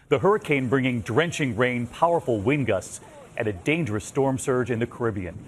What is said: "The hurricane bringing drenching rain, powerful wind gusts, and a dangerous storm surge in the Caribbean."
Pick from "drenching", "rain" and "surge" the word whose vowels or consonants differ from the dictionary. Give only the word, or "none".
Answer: none